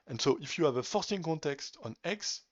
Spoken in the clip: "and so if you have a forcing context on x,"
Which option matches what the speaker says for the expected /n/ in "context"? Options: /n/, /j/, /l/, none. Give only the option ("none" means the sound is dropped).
/n/